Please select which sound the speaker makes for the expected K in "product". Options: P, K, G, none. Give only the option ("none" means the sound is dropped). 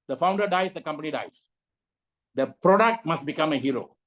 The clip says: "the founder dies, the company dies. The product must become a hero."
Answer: K